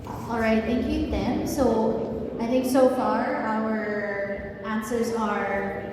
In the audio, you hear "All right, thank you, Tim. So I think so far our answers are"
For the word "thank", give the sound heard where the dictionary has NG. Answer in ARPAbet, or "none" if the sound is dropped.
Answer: none